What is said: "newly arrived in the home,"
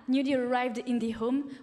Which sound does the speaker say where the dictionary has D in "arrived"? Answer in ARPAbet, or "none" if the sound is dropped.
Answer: D